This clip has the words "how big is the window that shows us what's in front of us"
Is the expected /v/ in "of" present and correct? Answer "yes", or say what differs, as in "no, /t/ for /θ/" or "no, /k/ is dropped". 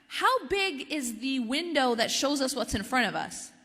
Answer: yes